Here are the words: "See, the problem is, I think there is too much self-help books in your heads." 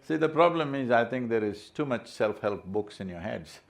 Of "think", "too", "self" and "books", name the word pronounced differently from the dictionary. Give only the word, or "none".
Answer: think